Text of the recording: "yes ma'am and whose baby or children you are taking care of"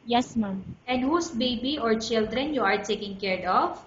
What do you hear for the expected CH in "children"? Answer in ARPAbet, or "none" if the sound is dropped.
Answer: CH